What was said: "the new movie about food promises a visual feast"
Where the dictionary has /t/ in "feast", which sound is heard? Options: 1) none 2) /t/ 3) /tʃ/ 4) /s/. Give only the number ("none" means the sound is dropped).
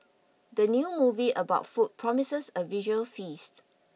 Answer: 2